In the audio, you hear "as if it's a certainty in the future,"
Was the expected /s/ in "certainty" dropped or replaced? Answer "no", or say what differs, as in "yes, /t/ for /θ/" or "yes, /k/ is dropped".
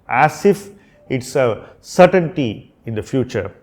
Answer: no